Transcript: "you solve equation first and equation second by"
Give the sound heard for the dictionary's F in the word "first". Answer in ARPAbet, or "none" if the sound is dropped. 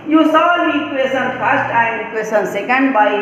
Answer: P